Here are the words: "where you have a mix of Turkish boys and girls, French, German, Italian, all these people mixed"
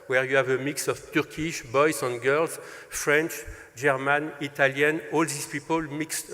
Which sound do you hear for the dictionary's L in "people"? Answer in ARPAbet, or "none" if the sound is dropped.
L